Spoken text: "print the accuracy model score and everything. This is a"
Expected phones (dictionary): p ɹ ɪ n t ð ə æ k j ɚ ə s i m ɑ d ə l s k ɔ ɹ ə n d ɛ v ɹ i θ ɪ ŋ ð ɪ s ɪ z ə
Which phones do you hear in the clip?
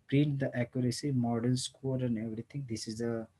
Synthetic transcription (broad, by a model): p ɹ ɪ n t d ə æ k j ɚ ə s i m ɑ d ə n s k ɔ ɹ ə n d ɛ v ɹ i t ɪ ŋ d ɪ s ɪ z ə